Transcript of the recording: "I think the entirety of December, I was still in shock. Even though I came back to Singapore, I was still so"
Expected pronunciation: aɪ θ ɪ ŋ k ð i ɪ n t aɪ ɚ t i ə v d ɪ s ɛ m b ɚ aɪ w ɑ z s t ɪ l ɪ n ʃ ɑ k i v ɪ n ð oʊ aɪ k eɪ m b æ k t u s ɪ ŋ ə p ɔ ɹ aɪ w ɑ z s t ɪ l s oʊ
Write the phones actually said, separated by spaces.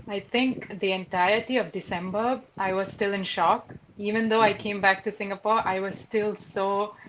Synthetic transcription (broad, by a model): aɪ t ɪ ŋ k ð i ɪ n t aɪ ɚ t i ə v d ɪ s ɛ m b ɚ aɪ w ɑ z s t ɪ l ɪ n ʃ ɑ k i v ɪ n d oʊ aɪ k eɪ m b æ k t u s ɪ ŋ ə p ɔ ɹ aɪ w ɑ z s t ɪ l s oʊ